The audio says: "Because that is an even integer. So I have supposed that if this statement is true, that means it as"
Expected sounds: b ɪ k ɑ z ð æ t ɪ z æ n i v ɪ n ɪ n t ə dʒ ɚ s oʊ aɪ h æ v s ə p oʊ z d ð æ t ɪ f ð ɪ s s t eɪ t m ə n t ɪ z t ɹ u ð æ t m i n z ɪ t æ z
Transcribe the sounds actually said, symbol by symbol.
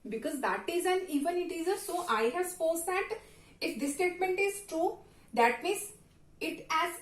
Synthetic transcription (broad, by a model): b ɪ k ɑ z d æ t ɪ z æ n i v ɪ n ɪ t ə z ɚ s oʊ aɪ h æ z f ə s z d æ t ɪ f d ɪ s s t eɪ t m ə n t ɪ z t ɹ u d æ t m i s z ɪ t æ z